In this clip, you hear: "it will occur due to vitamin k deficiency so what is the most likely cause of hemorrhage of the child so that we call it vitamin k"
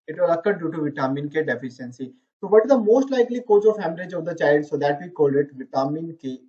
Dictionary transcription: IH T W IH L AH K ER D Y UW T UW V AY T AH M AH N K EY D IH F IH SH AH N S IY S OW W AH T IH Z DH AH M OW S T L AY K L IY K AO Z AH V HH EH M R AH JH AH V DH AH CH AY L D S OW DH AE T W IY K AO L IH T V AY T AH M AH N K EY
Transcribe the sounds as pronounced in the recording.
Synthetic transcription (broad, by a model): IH T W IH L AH K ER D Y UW T UW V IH T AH M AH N K EY D IH F IH SH AH N S IY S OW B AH T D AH M OW S T L AY K L IY K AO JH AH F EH M L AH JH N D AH CH AY L D S OW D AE T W IY K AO L IH T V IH T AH M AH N K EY